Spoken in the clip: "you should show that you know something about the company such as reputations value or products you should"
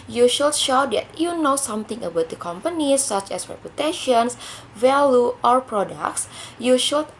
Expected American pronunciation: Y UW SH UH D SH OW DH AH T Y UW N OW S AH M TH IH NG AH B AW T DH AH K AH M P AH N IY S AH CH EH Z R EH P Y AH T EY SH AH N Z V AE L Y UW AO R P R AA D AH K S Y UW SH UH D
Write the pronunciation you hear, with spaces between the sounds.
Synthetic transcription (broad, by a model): Y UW SH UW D SH OW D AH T Y UW N OW S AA M T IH NG AH B AW T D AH K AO M P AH N IY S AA CH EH S R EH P Y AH T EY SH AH N S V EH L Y UW AO R P R AA D AH K S Y UW SH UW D